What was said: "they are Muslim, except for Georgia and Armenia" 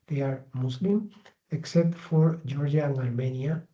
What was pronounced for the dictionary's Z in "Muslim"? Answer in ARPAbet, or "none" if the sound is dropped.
S